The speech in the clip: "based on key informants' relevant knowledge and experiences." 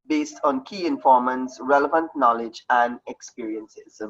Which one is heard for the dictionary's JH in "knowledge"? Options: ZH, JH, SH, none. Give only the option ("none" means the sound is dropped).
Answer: JH